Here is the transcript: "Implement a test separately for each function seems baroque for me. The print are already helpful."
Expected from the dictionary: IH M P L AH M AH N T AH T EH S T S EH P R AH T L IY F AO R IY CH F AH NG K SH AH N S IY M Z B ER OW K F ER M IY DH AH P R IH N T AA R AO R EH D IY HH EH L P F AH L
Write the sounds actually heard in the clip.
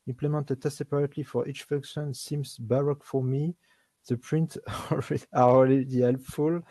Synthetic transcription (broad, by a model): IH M P L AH M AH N T AH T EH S S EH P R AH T L IY F AO R IY CH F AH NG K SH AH N S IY M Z B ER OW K F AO M IY DH AH P R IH N T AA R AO L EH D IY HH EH L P F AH L